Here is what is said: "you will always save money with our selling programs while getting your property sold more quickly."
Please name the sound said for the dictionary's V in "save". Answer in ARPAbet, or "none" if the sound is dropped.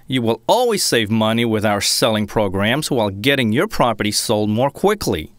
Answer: V